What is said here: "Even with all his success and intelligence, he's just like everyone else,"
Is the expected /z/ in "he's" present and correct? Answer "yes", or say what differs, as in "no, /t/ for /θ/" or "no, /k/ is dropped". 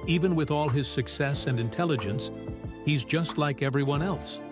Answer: yes